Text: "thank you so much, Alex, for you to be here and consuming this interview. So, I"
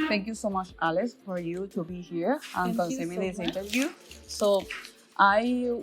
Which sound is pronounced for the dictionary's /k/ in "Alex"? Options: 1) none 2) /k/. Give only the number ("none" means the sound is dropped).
1